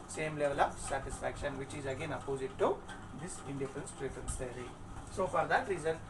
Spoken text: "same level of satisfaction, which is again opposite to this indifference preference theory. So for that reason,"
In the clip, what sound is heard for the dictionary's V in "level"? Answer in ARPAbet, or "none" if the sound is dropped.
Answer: V